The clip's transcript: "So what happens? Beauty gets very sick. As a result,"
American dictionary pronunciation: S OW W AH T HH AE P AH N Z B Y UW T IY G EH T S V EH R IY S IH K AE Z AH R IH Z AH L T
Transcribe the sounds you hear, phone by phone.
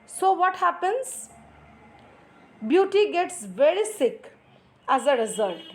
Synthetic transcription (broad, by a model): S OW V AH T HH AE P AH N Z B Y UW T IY G EH T S V EH R IY S IH K AE Z AH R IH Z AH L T